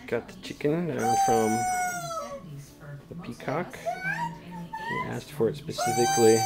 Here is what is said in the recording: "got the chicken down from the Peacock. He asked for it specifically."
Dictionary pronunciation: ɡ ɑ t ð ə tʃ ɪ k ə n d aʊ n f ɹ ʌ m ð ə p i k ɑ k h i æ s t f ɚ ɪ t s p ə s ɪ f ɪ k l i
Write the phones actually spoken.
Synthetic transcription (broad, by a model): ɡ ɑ t ð ə tʃ ɪ k ə n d aʊ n f ɹ ʌ m ð ə p i k ɑ k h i æ s t f ɚ ɪ t s p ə s ɪ f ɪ k l i